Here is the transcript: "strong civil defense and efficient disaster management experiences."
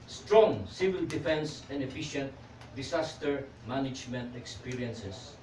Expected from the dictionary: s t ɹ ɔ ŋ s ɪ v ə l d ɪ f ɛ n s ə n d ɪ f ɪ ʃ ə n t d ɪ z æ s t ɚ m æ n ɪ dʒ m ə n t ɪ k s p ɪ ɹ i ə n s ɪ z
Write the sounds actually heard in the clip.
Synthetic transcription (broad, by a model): s t ɹ ɔ ŋ s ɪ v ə l d ɪ f ɛ n s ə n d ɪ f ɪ ʃ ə n t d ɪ s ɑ s t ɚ m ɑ n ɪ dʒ m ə n t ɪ k s p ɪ ɹ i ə n s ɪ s